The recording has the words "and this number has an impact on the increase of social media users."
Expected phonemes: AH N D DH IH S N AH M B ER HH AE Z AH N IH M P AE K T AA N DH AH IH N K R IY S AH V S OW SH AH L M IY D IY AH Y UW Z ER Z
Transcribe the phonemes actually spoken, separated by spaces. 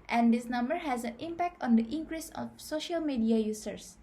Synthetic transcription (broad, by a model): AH N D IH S N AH M B ER HH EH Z AH N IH M P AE K T AA N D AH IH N K R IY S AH F S OW SH AH L M IY D IY AH Y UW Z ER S